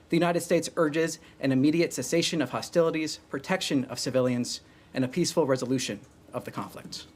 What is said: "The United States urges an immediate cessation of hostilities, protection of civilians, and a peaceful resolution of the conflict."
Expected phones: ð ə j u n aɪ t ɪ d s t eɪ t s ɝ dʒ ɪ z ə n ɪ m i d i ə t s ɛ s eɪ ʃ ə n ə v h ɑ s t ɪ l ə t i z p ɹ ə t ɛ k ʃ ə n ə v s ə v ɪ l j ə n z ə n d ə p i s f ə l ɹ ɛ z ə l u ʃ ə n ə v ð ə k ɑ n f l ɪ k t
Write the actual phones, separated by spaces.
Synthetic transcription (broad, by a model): ð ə j u n aɪ t ɪ d s t eɪ t s ɝ dʒ ɪ z ə n ɪ m i d i ə t s ɛ s eɪ ʃ ə n ə v h ɑ s t ɪ l ə t i z p ɹ ə t ɛ k ʃ ə n ə v s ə v ɪ l j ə n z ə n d ə p i s f l ɹ ɛ z ə l u ʃ ə n ə v ð ə k ɑ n f l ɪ k t